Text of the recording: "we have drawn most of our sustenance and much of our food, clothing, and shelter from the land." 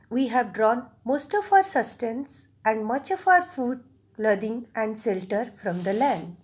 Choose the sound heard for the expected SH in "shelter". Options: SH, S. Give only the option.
S